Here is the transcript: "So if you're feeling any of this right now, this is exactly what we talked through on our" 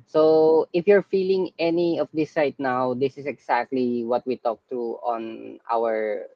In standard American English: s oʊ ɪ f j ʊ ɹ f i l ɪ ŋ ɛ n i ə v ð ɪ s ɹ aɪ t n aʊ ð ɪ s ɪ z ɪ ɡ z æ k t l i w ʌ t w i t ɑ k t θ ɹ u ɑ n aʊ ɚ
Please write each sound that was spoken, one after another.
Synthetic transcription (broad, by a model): s oʊ ɪ f j ʊ ɹ f i l ɪ ŋ ɛ n i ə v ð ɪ s aɪ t n aʊ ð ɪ s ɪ s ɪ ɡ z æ k t l i w ʌ t w i t ɑ k t ɹ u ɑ n aʊ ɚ